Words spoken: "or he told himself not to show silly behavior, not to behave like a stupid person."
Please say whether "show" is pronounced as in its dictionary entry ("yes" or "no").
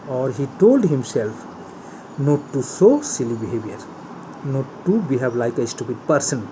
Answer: no